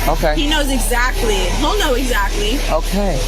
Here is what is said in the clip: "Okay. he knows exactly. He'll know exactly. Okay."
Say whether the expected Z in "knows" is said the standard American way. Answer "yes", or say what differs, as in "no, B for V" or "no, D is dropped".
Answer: yes